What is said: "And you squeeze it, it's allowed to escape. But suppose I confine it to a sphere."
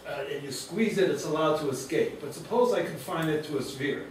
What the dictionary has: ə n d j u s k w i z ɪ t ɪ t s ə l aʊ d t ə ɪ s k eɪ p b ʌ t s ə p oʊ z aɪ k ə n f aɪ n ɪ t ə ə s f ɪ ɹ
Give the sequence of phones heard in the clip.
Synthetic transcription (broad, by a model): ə n j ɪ s k w i z ɪ t ɪ t s ə l aʊ d t ə ɪ s k eɪ p b ʌ t s ə p oʊ z aɪ k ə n f aɪ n ɪ t ə ə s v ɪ ɹ